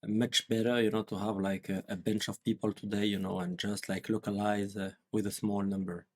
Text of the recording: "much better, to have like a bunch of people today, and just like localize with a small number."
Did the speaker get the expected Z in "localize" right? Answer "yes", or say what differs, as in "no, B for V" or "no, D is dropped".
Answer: yes